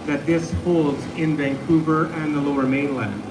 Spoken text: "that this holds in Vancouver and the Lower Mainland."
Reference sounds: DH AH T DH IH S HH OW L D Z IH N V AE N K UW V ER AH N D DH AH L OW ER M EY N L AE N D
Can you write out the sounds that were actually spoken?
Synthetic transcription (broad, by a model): DH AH T DH IH S HH OW L D Z IH N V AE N K UW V ER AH N DH AH L OW ER M EY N L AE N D